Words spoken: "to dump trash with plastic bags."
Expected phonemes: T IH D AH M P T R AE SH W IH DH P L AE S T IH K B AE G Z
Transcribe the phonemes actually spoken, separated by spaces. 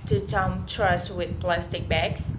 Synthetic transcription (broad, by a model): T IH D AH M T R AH S W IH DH P L AE S T IH K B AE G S